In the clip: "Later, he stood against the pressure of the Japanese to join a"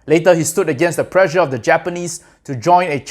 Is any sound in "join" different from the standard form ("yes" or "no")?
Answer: no